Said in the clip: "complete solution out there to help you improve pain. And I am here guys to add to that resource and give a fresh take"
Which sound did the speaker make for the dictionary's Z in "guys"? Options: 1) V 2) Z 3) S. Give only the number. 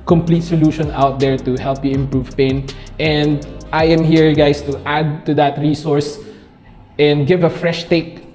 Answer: 3